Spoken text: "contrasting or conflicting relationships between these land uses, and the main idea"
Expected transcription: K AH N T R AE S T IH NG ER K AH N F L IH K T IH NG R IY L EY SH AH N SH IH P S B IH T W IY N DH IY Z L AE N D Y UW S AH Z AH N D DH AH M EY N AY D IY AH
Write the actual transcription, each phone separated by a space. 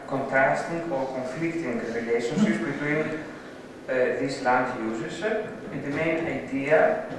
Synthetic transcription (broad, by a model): K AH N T R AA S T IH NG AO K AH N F L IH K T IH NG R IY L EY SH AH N S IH S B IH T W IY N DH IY S L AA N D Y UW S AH S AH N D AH M EY N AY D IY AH